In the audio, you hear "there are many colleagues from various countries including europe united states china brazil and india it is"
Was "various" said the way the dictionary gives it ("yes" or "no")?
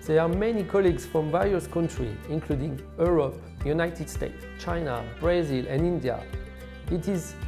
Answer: yes